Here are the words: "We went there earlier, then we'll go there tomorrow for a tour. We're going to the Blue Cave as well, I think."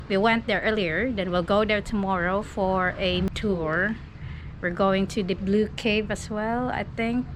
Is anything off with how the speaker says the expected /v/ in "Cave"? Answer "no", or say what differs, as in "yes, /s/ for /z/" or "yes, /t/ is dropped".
no